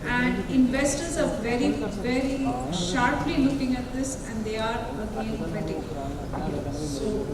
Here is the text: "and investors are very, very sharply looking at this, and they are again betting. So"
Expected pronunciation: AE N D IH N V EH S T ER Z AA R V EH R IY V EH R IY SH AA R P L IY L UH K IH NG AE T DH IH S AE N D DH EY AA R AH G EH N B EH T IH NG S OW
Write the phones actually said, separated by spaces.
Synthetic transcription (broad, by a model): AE N D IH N V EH S T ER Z AA R V EH R IY V EH R IY SH AA R P L IY L UH K IH NG AE T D IH S AE N D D EY AA R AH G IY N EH T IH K S OW